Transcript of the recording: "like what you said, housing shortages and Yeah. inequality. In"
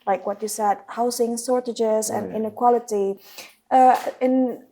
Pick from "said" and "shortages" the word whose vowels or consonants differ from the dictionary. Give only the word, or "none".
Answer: shortages